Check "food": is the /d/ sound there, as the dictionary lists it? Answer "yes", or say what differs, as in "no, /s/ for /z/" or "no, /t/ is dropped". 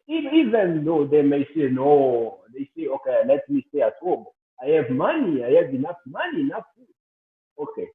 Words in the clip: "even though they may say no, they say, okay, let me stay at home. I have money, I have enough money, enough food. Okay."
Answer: no, /d/ is dropped